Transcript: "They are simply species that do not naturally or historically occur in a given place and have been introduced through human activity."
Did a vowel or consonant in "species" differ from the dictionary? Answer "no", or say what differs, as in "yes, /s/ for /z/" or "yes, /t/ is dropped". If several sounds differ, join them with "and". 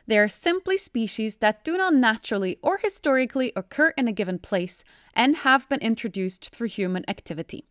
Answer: no